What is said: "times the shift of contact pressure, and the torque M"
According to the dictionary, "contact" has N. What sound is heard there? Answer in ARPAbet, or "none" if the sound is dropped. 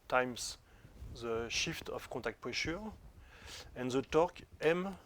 none